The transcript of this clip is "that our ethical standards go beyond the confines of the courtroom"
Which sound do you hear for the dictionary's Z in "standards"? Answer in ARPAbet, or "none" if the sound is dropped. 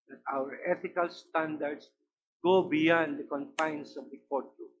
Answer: S